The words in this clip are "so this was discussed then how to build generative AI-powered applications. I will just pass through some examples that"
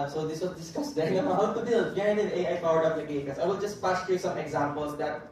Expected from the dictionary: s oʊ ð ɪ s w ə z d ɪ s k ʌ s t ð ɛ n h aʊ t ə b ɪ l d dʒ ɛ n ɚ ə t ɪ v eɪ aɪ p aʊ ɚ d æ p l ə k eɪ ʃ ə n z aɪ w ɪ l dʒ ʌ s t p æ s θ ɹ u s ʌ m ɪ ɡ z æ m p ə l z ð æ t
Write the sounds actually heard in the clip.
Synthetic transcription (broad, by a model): s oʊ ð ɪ s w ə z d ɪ s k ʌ s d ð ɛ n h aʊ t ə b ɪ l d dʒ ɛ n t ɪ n eɪ aɪ f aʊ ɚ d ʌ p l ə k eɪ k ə z aɪ w ɪ l dʒ ʌ s t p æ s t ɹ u s ʌ m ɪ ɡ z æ m p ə l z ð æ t